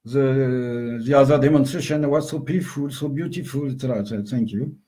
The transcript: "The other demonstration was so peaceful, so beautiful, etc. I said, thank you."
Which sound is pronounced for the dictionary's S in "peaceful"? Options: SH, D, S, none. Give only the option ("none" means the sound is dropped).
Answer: none